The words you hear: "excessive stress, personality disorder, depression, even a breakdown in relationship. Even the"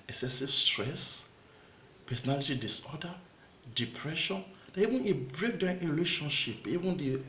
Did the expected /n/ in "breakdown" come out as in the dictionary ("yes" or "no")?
no